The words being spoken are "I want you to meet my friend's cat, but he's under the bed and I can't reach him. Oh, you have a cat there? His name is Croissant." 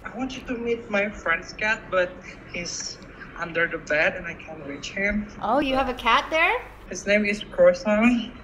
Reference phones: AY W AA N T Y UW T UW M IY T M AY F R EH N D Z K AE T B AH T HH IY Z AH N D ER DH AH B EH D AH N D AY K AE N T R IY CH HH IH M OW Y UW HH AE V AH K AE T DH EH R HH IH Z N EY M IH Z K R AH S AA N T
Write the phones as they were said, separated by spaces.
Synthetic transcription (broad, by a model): AY W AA N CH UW T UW M IY T M AY F R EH N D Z K AE T B AH T HH IY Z AH N D ER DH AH B EH D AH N AY K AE N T R IY CH HH IH M OW Y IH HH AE V AH K AE T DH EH R HH IH Z N EY M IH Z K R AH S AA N